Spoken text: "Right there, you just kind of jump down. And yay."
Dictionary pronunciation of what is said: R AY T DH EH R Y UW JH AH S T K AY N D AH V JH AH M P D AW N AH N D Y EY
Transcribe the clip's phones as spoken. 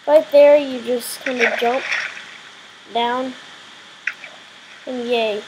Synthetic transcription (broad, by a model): R AY T DH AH R Y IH JH AH S K AY N D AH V JH AH M P D AW N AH N Y EY